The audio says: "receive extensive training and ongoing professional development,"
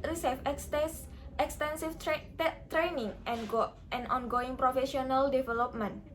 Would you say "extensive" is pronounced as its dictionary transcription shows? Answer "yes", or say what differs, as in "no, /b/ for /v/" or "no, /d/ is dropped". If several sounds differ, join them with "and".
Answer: no, /f/ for /v/